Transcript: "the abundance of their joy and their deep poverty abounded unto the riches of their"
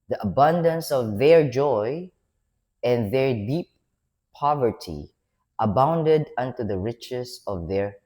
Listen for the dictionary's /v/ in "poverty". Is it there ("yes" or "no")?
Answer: yes